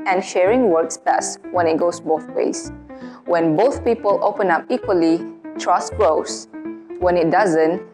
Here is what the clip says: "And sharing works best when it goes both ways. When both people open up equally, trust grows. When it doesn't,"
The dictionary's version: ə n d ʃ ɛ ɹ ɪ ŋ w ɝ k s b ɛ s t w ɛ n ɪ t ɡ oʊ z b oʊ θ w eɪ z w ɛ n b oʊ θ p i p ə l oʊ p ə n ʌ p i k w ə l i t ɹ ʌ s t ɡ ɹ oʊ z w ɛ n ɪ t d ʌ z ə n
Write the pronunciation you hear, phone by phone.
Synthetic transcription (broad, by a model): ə n ʃ ɛ ɹ ɪ ŋ w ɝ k s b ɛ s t w ɛ n ɪ t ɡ oʊ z b oʊ θ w eɪ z w ɛ n b oʊ θ p i p ə l oʊ p ə n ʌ p i k w ə l i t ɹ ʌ s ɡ ɹ oʊ s w ɛ n ɪ t d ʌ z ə n